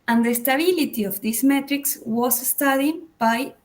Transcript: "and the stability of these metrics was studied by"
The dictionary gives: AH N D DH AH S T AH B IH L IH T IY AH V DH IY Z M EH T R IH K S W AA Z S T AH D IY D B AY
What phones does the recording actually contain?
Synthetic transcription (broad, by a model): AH N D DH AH S T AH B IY L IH T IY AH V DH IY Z M EH T R IH K S W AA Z S T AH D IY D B AY